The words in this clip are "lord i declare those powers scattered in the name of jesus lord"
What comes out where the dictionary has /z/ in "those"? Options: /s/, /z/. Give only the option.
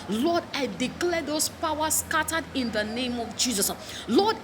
/s/